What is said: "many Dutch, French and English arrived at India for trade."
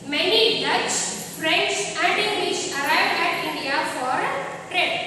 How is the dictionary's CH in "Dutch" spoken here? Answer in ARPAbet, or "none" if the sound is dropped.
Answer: S